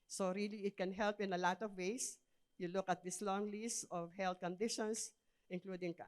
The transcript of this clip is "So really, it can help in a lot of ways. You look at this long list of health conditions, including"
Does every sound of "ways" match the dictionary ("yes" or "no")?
no